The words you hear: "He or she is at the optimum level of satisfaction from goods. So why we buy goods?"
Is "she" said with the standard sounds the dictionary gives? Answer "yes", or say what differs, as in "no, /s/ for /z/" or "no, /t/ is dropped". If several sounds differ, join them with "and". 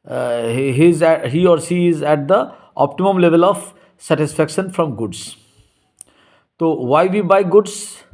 no, /s/ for /ʃ/